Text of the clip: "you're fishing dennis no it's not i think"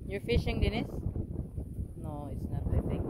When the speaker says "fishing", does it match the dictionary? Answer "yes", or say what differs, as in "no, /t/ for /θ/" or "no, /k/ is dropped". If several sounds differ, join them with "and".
yes